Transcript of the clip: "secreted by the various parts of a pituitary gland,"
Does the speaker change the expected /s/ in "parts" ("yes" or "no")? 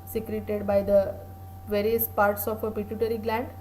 no